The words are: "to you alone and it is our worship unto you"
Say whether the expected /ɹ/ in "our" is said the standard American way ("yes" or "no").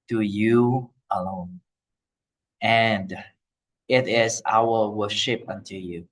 no